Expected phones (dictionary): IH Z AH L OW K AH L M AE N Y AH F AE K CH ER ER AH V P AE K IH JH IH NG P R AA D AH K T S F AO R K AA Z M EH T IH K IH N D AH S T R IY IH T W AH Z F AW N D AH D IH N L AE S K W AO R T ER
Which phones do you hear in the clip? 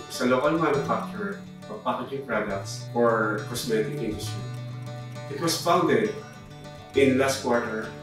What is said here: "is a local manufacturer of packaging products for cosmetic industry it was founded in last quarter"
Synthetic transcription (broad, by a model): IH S AH L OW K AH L M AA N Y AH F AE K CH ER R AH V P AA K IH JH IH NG P R AA D AH K T S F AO R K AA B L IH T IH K IH N D AH S T R IY IH T W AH S F AW N D AH D IH N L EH S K W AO R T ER